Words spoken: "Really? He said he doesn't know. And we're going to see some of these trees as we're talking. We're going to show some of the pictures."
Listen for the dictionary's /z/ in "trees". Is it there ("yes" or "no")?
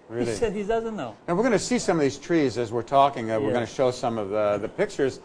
yes